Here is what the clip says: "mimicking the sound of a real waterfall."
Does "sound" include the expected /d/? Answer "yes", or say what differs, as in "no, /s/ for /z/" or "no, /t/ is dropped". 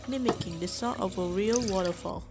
no, /d/ is dropped